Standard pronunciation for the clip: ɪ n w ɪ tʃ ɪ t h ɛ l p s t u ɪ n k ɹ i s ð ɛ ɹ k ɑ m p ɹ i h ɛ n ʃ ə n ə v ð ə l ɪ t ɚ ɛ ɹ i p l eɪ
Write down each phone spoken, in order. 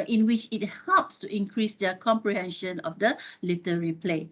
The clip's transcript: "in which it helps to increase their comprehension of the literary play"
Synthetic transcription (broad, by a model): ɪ n w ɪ tʃ ɪ t h ɛ l p s t u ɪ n k ɹ i s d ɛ k ɑ m p ɹ i h ɛ n ʃ ə n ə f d ə l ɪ t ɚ ɹ i p l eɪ